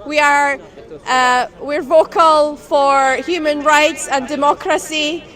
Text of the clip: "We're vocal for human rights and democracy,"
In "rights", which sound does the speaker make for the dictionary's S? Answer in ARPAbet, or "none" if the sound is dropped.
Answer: S